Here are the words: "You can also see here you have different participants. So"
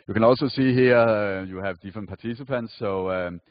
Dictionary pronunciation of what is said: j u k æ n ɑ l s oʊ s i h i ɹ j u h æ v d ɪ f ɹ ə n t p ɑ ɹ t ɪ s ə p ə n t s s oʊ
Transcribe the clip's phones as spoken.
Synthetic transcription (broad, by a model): j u k æ n ɑ l s oʊ s i h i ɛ j u h æ v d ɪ f ɹ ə n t p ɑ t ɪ s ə p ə n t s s oʊ